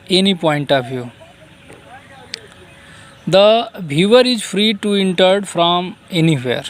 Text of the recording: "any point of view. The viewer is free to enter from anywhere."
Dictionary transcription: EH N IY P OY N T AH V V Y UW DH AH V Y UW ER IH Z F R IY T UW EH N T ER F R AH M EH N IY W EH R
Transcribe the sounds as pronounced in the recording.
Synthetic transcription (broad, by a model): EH N IY P OY N T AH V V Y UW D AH B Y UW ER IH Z F R IY T UW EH N T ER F R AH M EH N IY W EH R